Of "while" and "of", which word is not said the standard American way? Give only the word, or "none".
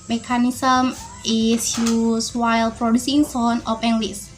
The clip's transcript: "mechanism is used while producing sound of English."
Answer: of